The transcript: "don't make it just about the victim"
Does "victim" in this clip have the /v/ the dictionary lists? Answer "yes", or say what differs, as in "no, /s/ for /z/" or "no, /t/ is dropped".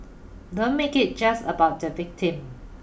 yes